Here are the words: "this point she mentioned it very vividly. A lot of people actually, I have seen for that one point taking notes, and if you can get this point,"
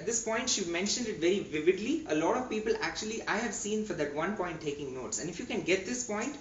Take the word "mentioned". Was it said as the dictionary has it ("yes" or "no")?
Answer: yes